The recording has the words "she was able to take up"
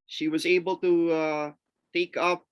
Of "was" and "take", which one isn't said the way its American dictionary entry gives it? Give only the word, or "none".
none